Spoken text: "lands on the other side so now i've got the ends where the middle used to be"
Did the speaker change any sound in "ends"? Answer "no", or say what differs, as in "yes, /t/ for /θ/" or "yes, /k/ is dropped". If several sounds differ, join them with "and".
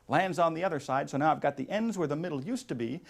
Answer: no